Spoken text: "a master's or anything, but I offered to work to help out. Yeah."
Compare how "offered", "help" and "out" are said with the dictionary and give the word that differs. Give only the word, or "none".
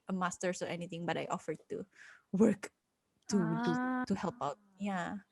none